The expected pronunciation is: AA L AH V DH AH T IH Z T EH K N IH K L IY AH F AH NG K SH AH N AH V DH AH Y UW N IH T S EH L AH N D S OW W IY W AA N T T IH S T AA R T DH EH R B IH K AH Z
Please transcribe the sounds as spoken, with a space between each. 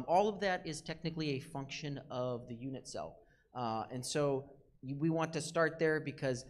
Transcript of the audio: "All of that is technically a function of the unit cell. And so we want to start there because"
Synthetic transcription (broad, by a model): AA L AH V DH AH T IH Z T EH K N IH K L IY AH F AH NG K SH AH N AH V DH AH Y UW N IH T S EH L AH N S OW W IY W AA N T T IH S T AA R T DH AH R B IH K AH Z